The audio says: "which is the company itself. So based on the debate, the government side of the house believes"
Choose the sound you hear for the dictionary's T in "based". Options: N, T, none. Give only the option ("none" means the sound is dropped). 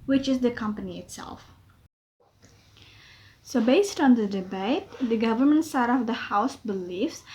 T